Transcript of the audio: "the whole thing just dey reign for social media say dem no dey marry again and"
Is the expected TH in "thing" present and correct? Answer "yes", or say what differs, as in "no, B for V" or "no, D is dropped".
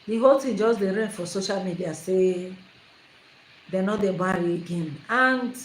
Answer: no, T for TH